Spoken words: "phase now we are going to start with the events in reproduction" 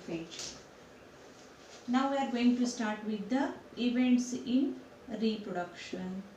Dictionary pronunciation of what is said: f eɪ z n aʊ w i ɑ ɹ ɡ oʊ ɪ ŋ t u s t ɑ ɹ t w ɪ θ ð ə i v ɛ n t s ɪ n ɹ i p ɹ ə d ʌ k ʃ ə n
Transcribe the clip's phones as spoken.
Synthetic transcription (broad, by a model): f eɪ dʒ n aʊ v i ɑ ɹ ɡ oʊ ɪ ŋ t u s t ɑ ɹ t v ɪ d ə i v ɛ n t s ɪ n ɹ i p ɹ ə d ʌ k ʃ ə n